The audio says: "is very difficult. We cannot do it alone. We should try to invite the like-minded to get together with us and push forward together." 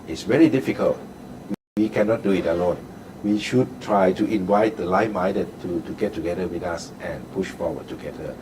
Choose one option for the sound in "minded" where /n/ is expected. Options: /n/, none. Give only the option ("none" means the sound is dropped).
none